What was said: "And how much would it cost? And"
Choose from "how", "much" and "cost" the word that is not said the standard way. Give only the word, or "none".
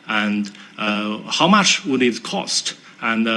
none